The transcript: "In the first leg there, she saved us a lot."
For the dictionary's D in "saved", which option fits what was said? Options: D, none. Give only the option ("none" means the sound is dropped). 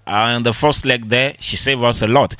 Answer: none